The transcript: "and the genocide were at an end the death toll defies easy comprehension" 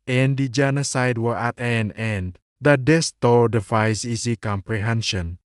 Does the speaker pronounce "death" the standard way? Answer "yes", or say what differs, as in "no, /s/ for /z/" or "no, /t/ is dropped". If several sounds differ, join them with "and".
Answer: no, /s/ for /θ/